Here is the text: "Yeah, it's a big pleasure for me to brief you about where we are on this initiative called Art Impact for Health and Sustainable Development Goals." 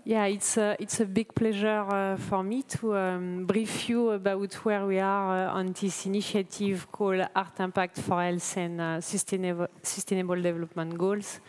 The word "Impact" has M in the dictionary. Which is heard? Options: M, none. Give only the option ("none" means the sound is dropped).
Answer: none